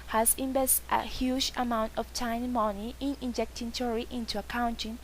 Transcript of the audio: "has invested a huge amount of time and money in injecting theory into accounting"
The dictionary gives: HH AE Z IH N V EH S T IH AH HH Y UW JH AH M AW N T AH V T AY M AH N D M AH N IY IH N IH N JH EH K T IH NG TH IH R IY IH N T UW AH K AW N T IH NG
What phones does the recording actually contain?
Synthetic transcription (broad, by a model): HH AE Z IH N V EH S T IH AH HH Y UW JH AH M AW N T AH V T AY AH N M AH N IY IH N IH N JH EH K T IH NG T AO R IY IH N T UW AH K AW N T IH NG